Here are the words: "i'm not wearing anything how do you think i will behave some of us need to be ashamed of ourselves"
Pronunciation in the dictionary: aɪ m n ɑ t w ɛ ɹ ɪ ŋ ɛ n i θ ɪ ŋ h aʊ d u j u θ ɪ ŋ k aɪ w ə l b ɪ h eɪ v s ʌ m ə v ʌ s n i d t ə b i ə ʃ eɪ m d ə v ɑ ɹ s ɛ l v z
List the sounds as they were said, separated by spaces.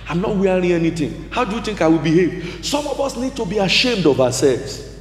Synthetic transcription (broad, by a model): aɪ m n ɑ t w ɛ ɹ ɪ ŋ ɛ n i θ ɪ ŋ h aʊ d u j u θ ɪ ŋ k aɪ w ə l b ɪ h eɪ v s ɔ m ə v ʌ s n i d t ə b i ə ʃ eɪ m d ə v ɑ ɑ s ɛ l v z